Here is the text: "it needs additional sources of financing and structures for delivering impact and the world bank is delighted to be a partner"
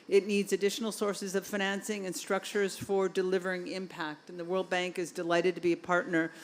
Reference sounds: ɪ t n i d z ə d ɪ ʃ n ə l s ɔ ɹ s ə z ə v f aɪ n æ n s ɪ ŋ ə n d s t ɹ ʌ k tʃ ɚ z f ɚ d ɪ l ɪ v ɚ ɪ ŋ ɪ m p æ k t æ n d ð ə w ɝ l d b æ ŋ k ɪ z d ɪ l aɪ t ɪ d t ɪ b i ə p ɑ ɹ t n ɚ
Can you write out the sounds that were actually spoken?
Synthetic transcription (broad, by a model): ɪ t n i d z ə d ɪ ʃ n l s ɔ ɹ s ə z ə v f aɪ n æ n s ɪ ŋ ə n s t ɹ ʌ k tʃ ɚ z f ɚ d ɪ l ɪ v ɚ ɪ ŋ ɪ m p æ k t n ð ə w ɝ l d b æ ŋ k ɪ z d ɪ l aɪ t ɪ d t ɪ b i ə p ɑ ɹ t n ɚ